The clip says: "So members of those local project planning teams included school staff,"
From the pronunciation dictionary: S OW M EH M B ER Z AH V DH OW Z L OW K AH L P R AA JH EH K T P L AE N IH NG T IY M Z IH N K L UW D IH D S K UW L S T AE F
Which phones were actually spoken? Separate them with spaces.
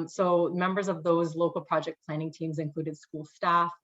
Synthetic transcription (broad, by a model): S OW M EH M B ER Z AH V DH OW Z L OW K L P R AA JH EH K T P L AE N IH NG T IY M Z IH N K L UW D IH D S K UW L S T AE F